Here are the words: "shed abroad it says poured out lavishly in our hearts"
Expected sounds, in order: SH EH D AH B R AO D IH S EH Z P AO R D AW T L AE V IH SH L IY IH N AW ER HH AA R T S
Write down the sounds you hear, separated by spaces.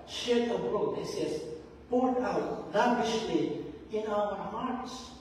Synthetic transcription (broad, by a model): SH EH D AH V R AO IH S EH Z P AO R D AW T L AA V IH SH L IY IH N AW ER HH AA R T S